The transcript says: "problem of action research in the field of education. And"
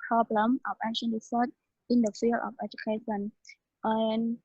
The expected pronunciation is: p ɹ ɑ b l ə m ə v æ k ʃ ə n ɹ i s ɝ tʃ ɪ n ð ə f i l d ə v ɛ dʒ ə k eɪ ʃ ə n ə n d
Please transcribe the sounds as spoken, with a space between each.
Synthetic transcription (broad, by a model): p ɹ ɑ b l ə m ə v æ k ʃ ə n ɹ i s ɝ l ɪ n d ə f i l ə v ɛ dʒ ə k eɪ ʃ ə n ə n